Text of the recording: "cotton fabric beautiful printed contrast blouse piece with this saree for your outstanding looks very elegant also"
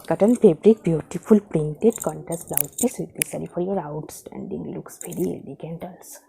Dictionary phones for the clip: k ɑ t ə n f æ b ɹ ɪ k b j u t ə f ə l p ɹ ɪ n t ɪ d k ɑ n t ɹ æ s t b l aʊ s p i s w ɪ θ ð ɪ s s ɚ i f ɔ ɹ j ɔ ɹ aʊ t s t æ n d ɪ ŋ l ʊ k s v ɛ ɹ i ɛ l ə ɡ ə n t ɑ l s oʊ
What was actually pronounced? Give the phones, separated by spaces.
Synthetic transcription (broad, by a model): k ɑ t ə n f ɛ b ɹ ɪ k b j u t ə f ə l p ɹ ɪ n t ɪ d k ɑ n t æ s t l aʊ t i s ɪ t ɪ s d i f ɔ ɹ j ɔ ɹ aʊ t s t æ n d ɪ ŋ l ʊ k s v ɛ ɹ i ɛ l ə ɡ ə n t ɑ l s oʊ